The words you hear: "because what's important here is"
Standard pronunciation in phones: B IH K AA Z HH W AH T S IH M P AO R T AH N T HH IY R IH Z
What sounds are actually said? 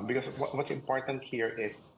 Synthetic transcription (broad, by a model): B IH K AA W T W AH T S IH M P AO R T AH N T HH IY R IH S